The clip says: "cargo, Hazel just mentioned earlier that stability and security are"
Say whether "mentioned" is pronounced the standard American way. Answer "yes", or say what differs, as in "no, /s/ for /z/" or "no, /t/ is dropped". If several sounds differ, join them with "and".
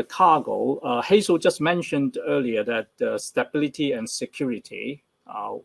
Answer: yes